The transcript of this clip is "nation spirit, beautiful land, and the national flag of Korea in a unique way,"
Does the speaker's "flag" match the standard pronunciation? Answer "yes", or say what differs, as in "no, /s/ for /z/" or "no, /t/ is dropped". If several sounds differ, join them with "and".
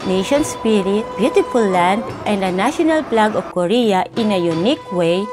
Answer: no, /p/ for /f/